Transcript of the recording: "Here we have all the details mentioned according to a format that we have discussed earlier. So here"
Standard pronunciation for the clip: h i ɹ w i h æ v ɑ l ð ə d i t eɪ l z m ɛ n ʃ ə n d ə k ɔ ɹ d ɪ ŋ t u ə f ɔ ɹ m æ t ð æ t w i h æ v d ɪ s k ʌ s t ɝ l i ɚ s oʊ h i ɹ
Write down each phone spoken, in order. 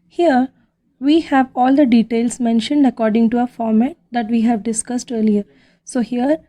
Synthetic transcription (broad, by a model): h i ɹ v i h æ v ɑ l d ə d i t eɪ l s m ɛ n ʃ ə n d ə k ɔ ɹ d ɪ ŋ t u ə f ɔ ɹ m æ t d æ t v i h æ v d ɪ s k ʌ s t ɝ l i ɚ s oʊ h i ɹ